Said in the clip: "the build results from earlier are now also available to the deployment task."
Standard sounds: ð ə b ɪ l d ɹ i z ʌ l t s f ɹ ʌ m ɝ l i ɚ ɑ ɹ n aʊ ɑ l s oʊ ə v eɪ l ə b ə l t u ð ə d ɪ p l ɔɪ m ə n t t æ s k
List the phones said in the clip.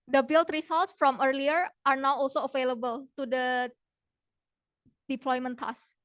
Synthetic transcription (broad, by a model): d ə b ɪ l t ɹ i s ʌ l t s f ɹ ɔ m ɝ l i ɚ ɑ ɹ n aʊ ɑ l s oʊ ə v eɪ l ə b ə l t u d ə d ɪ p l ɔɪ m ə n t t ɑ s